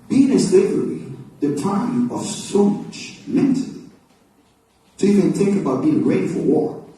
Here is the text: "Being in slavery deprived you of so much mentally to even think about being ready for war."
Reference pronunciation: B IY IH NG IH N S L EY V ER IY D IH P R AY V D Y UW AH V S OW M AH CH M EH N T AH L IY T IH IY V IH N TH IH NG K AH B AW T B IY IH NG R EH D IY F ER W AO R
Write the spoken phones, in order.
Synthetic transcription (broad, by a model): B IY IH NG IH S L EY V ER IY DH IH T AY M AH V S OW M AH CH M EH N T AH L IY T IH IY V IH N TH IH NG K AH B AW T B IY IH NG R EH D IY F ER W AO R